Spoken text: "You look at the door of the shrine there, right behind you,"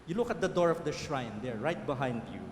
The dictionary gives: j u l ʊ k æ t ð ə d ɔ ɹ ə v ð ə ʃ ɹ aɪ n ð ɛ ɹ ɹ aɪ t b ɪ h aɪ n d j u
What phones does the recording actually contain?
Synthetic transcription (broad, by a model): j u l ʊ k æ t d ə d ɔ ɹ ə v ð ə ʃ ɹ aɪ n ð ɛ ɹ ɹ aɪ t b ɪ h aɪ n d j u